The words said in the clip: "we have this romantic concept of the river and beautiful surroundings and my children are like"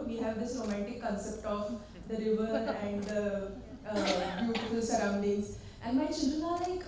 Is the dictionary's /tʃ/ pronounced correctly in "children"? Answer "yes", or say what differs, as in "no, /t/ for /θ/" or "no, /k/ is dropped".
no, /ʃ/ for /tʃ/